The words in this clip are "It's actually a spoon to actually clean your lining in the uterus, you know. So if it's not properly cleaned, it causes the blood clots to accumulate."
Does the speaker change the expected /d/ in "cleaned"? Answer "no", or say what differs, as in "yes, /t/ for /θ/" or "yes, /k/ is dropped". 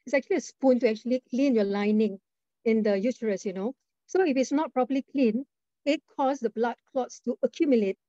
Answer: yes, /d/ is dropped